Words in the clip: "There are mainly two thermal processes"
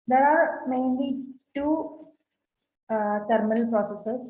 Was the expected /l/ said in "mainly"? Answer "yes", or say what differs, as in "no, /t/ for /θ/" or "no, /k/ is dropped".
yes